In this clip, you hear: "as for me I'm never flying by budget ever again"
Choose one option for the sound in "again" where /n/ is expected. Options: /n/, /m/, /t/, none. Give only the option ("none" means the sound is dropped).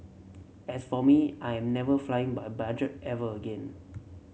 /n/